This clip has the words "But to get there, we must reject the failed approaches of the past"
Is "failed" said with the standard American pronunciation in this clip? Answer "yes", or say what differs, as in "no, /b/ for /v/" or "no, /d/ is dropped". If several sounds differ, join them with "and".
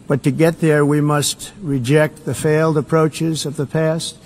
yes